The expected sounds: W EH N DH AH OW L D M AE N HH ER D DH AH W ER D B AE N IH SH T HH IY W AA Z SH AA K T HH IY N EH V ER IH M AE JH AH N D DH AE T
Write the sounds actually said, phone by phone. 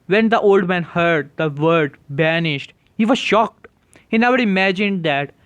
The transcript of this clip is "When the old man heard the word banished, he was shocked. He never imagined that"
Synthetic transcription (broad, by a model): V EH N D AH OW L D M AE N HH ER D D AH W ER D B AE N IH SH T HH IY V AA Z SH AA K T HH IY N EH V ER IH M AE JH AH N D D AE T